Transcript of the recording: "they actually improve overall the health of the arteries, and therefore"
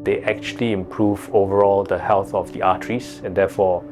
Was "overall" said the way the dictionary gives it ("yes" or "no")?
yes